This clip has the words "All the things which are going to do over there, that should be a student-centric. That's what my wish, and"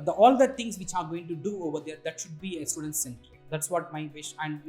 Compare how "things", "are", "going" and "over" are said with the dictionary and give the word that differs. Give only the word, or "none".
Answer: things